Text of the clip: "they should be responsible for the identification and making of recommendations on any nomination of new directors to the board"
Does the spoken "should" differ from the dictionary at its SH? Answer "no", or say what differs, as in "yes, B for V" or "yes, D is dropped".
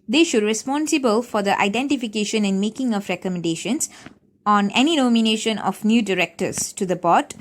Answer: no